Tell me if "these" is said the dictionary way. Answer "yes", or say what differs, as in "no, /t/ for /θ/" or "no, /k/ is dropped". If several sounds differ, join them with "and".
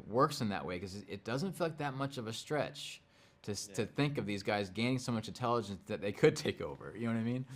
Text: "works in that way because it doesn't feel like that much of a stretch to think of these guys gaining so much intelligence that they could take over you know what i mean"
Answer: yes